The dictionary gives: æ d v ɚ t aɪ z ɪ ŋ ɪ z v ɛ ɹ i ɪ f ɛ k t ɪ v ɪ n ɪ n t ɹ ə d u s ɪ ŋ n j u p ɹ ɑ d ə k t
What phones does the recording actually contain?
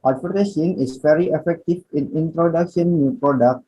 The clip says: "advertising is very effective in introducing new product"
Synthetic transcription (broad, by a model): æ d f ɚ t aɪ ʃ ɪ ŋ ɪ s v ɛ ɹ i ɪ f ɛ k t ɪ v ɪ n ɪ n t ɹ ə d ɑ ʃ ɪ n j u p ɹ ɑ d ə k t